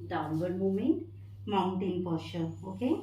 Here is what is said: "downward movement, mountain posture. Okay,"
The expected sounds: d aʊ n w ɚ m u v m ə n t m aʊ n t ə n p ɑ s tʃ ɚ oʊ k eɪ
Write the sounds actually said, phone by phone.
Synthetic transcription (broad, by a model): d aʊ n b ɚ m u m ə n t m aʊ n t ə n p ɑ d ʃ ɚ oʊ k eɪ